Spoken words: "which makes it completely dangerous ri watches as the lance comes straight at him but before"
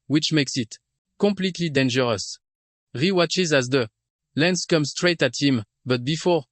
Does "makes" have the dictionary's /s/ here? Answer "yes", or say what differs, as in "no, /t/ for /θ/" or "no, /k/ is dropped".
yes